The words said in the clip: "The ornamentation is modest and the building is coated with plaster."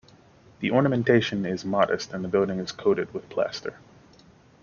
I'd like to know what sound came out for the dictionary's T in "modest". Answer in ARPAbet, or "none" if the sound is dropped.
T